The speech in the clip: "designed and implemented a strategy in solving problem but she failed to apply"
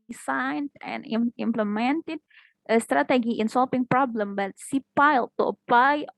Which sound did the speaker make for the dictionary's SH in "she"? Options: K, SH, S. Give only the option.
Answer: S